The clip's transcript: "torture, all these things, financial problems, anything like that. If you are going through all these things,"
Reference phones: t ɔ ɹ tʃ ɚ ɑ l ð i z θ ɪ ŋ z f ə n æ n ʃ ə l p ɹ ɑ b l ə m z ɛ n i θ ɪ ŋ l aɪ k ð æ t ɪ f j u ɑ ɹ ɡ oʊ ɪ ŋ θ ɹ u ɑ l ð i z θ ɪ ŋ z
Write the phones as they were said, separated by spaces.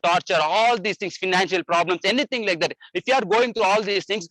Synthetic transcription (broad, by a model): t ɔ ɹ tʃ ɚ ɑ l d i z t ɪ ŋ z f ə n æ n ʃ ə l p ɹ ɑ b l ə m s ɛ n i t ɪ ŋ l aɪ k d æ t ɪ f j u ɑ ɹ ɡ oʊ ɪ ŋ t ɹ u ɑ l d i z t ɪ ŋ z